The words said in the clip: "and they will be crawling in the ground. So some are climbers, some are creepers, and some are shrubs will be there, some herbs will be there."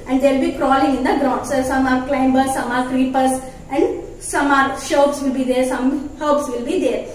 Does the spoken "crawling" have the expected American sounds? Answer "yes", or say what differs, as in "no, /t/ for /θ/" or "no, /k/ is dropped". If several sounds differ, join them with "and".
yes